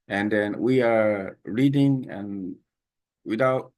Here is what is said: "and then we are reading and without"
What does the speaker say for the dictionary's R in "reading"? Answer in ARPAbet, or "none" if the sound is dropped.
R